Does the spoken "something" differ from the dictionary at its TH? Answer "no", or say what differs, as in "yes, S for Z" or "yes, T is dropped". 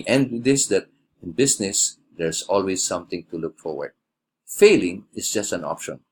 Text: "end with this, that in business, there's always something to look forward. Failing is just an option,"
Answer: yes, T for TH